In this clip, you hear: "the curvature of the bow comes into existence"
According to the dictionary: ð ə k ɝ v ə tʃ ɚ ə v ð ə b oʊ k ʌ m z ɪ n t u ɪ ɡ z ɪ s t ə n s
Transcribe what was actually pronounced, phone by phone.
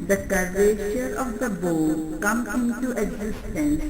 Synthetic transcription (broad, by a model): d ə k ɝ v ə ʃ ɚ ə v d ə b oʊ k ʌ m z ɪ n t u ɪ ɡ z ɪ s t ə n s